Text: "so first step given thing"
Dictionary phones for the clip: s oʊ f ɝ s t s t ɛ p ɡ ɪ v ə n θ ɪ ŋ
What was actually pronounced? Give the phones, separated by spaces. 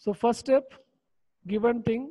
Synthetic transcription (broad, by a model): s oʊ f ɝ t s t ɛ p ɡ ɪ v ə n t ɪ ŋ